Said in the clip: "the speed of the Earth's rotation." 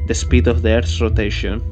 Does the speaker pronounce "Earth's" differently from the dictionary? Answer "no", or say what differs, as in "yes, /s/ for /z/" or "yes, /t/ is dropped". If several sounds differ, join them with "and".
yes, /s/ is dropped